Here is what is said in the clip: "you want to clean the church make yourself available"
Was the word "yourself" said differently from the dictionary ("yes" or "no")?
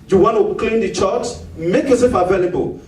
yes